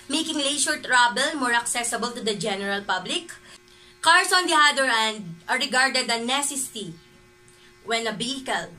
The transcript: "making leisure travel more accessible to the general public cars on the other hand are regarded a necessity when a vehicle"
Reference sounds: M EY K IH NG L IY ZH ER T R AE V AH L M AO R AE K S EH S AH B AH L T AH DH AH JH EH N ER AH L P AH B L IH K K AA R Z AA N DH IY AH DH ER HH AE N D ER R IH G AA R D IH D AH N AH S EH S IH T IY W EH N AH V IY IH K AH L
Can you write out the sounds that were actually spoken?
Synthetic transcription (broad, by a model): M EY K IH NG L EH SH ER T R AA B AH L M AO R AE K S EH S AH B AH L T AH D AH JH EH N ER AH L P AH B L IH K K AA R S AA N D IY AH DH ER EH N D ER R IH G AA R D IH D AH N AH S EH S IH T IY W EH N AH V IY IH K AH L